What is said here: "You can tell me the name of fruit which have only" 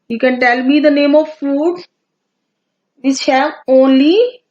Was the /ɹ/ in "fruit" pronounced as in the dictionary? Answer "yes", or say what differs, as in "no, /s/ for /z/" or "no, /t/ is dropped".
no, /ɹ/ is dropped